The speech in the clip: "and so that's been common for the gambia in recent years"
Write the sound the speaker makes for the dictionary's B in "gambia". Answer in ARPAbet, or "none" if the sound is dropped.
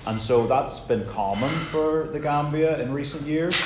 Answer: B